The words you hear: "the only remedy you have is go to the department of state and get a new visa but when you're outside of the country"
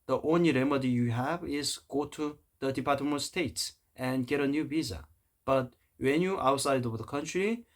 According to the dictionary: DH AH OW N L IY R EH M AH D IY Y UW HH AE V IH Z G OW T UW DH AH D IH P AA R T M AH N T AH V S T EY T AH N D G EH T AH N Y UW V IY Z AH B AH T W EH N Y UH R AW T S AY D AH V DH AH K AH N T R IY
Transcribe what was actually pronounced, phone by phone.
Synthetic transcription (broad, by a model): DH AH OW N L IY R EH M AH D IY Y UW HH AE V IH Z G OW T UW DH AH D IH P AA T M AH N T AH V S T EY T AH N G EH T AH N Y UW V IY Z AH B AH T W EH N Y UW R AW T S AY D AH V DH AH K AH N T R IY